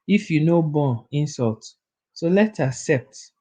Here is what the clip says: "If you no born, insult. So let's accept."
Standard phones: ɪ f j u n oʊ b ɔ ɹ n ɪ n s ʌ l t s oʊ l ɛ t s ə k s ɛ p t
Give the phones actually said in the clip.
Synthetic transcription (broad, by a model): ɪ f j u n oʊ b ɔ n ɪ n s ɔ l t s oʊ l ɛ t ə k s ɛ p t